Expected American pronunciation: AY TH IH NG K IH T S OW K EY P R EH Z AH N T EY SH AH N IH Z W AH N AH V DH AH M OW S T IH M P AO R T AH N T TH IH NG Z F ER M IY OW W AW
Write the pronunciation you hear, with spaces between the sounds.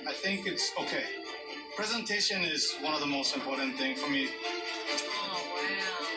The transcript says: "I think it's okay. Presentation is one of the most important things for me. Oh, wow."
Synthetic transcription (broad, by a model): AY TH IH NG K IH T S OW K EY P R EH Z AH N T EY SH AH N IH Z W AH N AH V DH AH M OW S T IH M P AO R T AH N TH IH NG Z F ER M IY